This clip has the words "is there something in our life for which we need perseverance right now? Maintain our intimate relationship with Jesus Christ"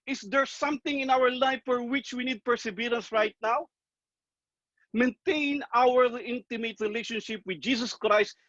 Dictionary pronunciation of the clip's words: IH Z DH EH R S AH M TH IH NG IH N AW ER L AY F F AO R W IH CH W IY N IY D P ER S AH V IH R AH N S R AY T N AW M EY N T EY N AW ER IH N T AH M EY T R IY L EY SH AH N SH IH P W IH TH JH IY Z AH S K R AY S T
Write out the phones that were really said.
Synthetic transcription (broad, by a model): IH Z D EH R S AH M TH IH NG IH N AW ER L AY F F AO R W IH CH W IY N IY D P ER S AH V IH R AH N S R AY T N AW M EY N T EY N AW ER IH N T AH M EY T R IY L EY SH AH N SH IH P W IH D JH IY S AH S K R AY S T